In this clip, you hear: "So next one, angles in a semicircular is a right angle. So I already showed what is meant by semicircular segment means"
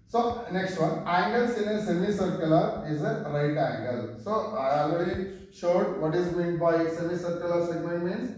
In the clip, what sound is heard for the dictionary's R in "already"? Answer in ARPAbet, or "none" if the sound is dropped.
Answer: none